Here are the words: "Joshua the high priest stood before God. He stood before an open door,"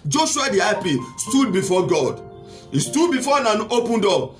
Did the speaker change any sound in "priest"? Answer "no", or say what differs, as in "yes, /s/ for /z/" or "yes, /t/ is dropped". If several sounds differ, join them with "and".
yes, /ɹ/ is dropped